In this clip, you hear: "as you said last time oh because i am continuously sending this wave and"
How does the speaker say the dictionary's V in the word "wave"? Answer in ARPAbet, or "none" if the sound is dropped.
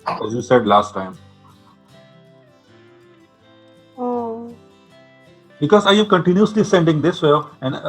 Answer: none